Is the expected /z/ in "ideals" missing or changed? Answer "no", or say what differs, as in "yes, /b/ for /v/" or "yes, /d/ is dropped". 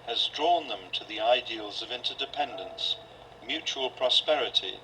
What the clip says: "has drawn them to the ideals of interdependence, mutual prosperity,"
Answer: no